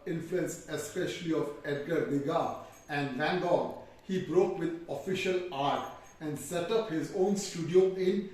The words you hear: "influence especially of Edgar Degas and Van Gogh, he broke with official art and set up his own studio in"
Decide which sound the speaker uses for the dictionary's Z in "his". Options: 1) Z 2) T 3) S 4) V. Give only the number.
1